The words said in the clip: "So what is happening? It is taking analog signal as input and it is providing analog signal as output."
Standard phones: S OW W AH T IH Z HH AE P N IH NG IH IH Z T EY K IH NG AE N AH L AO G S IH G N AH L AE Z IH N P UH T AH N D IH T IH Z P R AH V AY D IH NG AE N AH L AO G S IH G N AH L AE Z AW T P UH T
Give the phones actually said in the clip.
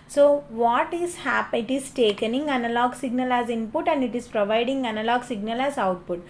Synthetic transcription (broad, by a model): S OW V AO T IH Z HH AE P IH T IH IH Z T EY K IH NG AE N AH L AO G S IH G N AH L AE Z IH N P UH T AH N D IH T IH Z P R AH V AY D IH NG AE N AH L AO G S IH G N AH L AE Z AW T P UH T